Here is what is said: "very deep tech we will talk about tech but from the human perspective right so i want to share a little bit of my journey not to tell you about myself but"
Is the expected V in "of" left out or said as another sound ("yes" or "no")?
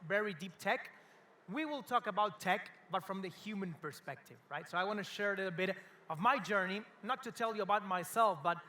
no